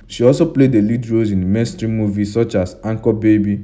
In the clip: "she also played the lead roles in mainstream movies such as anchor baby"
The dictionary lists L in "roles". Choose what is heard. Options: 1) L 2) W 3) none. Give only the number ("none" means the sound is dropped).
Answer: 3